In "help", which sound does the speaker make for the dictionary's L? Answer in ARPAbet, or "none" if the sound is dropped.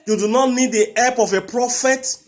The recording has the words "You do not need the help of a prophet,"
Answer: none